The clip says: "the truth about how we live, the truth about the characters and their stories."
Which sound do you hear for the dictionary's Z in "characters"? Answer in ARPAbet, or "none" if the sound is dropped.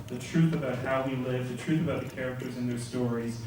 Z